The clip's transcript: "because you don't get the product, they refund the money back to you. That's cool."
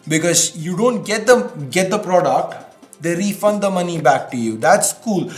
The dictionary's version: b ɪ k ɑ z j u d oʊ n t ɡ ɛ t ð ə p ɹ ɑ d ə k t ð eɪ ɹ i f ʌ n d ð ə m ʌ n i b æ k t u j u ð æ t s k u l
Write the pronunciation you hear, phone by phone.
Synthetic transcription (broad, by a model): b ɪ k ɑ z j u d oʊ n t ɡ ɛ t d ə p ɹ ɑ d ə k t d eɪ ɹ i f ʌ n d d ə m ʌ n i b æ k t u j u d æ t s k u l